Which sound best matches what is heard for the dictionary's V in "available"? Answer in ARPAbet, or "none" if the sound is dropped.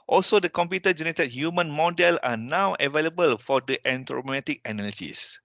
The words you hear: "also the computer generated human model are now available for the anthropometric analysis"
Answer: V